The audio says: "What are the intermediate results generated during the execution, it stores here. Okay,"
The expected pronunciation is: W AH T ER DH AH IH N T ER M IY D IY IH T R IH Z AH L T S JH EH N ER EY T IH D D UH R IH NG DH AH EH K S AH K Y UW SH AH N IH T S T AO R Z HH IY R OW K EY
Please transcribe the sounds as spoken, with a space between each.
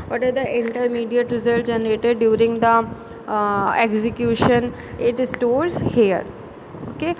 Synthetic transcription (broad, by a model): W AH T ER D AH IH N T ER M IY D IY IH T R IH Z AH L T JH EH N ER EY T IH D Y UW R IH NG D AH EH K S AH K Y UW SH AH N IH T S T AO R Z HH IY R OW K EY